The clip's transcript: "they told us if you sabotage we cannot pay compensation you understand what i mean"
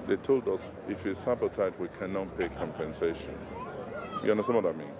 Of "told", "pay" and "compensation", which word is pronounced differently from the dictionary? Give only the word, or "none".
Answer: none